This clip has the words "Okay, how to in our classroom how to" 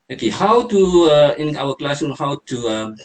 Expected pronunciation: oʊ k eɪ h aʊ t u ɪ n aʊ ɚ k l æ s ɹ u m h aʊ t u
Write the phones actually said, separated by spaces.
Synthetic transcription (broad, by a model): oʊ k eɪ h aʊ t u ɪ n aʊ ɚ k l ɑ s u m h aʊ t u